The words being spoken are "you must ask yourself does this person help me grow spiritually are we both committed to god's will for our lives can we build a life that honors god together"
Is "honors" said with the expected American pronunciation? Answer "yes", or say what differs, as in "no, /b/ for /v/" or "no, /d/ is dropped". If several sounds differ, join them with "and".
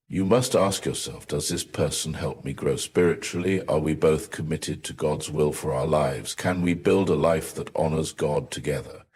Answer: yes